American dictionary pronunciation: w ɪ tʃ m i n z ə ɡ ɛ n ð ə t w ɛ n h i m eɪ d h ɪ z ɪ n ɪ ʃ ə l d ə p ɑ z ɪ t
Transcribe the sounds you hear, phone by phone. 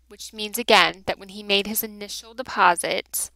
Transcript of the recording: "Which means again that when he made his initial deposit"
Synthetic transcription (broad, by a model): w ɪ tʃ m i n z ə ɡ ɛ n ð ə t w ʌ n i m eɪ d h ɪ z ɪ n ɪ ʃ l d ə p ɑ z ɪ t